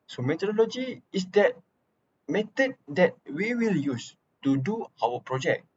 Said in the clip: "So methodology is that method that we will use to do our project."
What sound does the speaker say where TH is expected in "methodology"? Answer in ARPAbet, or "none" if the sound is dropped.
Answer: T